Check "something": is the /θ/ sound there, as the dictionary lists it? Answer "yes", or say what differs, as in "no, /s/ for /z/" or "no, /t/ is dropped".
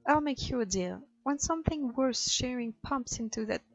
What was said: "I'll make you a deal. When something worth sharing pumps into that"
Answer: yes